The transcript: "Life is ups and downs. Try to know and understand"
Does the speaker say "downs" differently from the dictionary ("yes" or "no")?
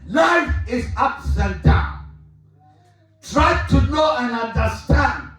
yes